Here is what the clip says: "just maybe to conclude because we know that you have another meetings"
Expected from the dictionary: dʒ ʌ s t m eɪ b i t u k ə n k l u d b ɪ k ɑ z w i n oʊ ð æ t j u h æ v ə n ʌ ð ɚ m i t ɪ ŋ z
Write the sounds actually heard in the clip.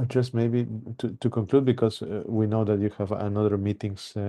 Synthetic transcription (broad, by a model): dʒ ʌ s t m eɪ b i t u k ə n k l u d b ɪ k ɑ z w i n oʊ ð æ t j u h æ v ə n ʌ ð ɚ m i t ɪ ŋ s